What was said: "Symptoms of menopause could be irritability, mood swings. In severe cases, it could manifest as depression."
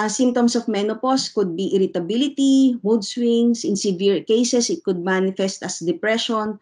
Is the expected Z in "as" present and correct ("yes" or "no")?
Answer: no